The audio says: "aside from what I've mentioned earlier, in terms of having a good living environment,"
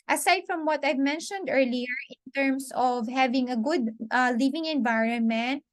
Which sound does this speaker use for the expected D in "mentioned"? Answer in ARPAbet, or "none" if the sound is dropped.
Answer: D